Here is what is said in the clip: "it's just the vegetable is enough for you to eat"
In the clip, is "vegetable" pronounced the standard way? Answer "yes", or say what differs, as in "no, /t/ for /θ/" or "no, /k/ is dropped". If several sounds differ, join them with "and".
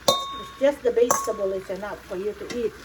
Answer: no, /b/ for /v/